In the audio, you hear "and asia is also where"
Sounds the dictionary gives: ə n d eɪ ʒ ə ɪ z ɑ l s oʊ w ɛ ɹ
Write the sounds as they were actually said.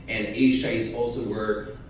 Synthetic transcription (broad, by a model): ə n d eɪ ʃ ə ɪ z ɑ l s oʊ w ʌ ɹ